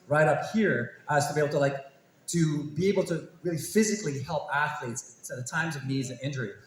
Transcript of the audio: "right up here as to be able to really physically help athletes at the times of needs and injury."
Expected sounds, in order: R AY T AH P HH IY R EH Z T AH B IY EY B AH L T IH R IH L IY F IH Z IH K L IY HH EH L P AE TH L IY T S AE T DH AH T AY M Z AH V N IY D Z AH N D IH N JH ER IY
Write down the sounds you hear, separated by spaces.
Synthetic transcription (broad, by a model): R AY T AH P HH IY R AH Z T AH B IY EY B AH L T IH R IH L IY F IH Z IH K L IY HH EH L P AE TH L IY T S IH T DH AH T AY M Z AH V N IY Z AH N IH N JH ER IY